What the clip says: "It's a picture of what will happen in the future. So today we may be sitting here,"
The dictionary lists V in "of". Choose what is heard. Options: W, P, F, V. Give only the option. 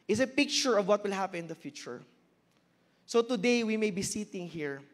V